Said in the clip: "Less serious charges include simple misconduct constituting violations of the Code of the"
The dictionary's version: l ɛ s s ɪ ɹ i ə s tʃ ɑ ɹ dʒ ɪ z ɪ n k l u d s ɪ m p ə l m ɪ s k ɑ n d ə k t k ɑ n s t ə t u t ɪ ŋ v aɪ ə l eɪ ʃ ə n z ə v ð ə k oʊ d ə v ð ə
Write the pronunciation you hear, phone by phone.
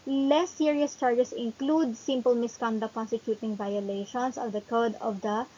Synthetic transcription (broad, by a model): l ɛ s s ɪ ɹ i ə s tʃ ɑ ɹ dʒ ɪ s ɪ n k l u d s ɪ m p ə l m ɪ s k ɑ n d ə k k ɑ n s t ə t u t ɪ ŋ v aɪ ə l eɪ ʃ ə n s ə v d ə k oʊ d ə v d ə